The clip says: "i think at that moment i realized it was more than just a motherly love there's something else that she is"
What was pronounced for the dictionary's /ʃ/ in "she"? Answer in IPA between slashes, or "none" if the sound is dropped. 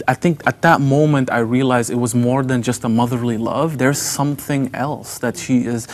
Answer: /ʃ/